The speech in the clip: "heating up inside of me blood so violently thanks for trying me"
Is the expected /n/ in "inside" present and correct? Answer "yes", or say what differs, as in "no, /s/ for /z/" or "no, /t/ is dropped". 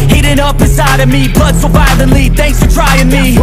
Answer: no, /n/ is dropped